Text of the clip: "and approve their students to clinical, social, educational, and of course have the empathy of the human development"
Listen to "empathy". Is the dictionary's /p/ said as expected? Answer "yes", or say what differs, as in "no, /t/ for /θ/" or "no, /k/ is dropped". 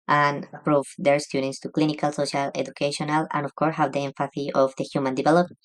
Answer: no, /f/ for /p/